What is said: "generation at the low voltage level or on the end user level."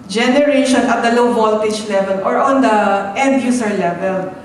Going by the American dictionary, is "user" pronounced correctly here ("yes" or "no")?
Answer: no